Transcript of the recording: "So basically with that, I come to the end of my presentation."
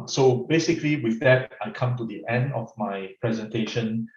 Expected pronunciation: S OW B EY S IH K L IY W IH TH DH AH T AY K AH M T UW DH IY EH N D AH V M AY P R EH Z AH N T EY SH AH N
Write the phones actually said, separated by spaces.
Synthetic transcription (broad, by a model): S OW B EY S IH K L IY W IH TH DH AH T AY K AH M T UW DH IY EH N D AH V M AY P R EH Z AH N T EY SH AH N